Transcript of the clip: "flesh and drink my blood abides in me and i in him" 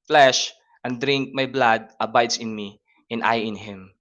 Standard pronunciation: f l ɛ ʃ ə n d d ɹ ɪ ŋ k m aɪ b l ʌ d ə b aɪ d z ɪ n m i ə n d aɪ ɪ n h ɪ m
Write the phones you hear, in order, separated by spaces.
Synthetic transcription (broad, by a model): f l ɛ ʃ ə n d d ɹ ɪ ŋ k m aɪ b l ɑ d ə b aɪ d s ɪ n m i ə n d aɪ ɪ n h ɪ m